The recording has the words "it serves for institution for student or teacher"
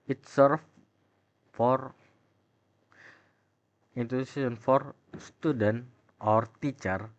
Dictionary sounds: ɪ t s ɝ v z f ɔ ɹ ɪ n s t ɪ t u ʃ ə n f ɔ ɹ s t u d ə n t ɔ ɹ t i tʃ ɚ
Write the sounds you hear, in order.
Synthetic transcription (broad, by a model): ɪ t s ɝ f f ɔ ɹ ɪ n t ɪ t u s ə n f ɔ ɹ s t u d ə n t ɔ ɹ t i tʃ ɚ